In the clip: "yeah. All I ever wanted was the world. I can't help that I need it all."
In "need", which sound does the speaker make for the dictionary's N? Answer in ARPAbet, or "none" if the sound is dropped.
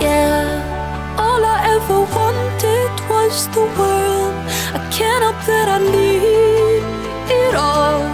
L